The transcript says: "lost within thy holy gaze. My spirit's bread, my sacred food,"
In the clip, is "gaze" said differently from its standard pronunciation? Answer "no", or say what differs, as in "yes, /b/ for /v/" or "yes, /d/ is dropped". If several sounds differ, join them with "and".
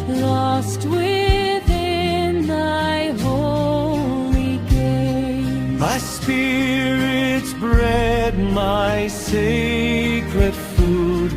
yes, /z/ is dropped